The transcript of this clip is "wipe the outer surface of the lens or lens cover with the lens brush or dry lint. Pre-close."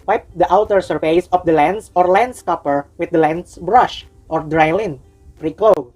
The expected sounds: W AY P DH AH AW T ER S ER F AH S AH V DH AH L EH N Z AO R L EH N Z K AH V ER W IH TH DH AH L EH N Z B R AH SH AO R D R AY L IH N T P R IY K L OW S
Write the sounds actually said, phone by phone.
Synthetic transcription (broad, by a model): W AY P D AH AW T ER S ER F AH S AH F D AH L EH N S AO R L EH N S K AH P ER W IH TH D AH L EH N S B R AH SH AO R D R AY L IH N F R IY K L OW